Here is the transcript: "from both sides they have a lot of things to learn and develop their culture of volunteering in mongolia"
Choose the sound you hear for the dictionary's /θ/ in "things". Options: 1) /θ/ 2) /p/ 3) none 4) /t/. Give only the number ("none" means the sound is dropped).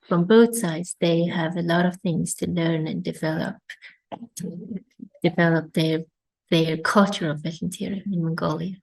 1